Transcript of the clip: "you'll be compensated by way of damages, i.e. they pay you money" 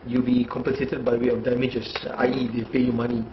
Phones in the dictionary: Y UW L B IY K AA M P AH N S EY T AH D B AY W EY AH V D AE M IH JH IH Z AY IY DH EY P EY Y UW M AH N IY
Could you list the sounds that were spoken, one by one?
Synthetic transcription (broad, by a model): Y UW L B IY K AA M P AH N S EY T AH D B AY W EY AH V D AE M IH JH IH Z AY IY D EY P EY Y UW M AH N IY